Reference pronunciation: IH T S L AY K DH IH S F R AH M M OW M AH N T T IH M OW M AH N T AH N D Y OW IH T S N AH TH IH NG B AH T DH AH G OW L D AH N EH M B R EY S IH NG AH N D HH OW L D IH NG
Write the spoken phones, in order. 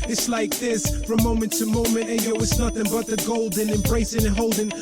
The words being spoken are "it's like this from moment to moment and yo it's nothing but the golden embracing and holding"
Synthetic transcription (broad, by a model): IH T S L AY K DH IH S F R AH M M OW M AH N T T IH M OW M AH N T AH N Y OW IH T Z N AH TH IH NG B AH T DH AH G OW L D AH N EH M B R EY S IH NG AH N HH OW L D IH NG